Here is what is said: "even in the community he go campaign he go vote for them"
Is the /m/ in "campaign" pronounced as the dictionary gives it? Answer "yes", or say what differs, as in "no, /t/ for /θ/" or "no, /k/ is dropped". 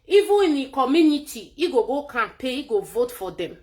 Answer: no, /m/ is dropped